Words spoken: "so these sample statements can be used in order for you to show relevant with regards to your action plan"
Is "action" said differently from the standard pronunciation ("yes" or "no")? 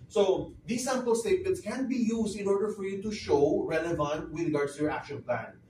no